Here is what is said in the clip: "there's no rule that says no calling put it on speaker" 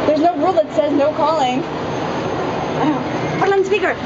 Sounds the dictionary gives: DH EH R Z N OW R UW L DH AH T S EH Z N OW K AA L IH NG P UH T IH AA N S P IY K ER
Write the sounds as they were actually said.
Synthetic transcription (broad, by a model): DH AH R Z N OW R UW L DH AH T S EH Z N OW K AA L IH NG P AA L IH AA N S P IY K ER